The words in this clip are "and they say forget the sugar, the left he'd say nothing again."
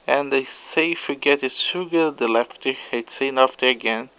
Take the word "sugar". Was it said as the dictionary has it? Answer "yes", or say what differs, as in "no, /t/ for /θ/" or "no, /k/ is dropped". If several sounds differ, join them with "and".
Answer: no, /s/ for /ʃ/